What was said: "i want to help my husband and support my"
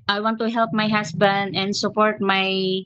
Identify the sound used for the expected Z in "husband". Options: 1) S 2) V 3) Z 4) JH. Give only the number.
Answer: 1